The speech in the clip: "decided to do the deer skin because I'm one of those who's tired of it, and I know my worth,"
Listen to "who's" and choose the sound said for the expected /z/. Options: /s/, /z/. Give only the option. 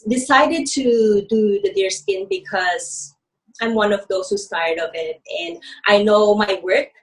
/s/